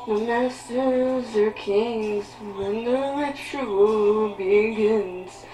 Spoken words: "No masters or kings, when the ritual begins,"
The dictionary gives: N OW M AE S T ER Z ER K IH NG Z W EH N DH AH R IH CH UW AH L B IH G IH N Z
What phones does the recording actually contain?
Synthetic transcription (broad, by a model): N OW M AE S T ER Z ER K IH NG Z W EH N DH AH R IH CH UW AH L B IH G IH N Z